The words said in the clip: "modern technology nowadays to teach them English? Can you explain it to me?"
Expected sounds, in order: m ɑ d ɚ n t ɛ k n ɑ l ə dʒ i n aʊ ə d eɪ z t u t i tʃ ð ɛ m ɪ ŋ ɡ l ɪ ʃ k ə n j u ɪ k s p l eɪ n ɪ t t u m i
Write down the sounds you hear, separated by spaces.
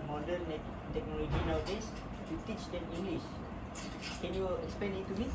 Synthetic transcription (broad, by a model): m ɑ d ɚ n t ɛ k n ɑ l ə dʒ i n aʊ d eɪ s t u t i tʃ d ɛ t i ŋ ɡ l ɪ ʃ k ə n j u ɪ k s p eɪ n ɪ t t u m i